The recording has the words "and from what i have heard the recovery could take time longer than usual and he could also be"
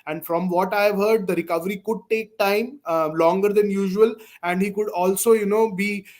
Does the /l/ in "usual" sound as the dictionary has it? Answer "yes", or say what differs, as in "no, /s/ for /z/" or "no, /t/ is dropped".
yes